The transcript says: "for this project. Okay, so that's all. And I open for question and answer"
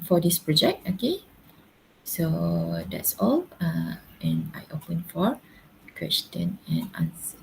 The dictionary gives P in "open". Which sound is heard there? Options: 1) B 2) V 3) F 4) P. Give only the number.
4